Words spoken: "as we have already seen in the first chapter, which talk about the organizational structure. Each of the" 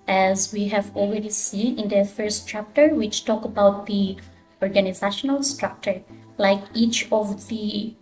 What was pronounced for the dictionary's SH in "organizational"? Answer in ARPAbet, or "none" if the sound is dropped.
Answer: SH